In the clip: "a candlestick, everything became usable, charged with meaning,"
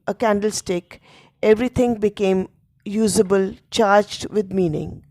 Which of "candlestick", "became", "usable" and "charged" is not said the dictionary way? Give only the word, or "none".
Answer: none